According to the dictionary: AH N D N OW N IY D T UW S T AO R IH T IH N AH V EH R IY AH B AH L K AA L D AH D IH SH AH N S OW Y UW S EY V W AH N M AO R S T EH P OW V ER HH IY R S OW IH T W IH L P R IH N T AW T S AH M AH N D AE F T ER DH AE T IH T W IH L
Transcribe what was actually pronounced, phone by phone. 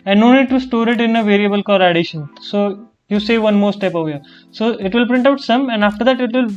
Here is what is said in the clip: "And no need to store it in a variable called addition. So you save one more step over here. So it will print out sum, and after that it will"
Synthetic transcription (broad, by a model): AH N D N OW N IY D T UW S T AO R IH T IH N AH V EH R IY AH B AH L K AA D AH D IH SH AH N S OW Y UW S EY V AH N M AO R S T EH P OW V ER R S OW IH T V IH L P R IH N T AW T S AH M AH N D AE F T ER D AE T IH T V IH L